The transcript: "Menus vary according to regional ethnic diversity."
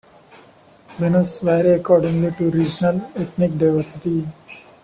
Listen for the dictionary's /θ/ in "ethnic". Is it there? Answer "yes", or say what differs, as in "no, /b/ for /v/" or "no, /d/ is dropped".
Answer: no, /t/ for /θ/